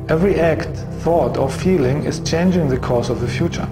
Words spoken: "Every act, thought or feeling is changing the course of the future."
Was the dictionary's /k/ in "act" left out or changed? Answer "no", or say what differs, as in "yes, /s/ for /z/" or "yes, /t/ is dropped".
no